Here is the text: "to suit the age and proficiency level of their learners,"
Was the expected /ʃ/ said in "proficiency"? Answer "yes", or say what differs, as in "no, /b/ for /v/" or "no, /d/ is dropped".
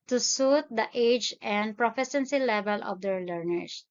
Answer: no, /s/ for /ʃ/